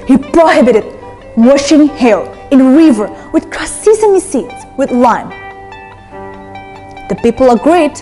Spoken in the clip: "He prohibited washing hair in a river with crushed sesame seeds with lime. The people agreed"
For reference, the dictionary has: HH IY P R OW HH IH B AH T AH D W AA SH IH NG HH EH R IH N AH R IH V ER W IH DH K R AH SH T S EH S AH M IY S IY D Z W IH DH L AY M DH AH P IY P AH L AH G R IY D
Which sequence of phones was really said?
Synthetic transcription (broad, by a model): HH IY P R OW HH IH B AH T AH D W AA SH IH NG HH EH L IH N R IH V ER W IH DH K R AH S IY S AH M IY S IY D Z W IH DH L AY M DH AH P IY P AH L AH G R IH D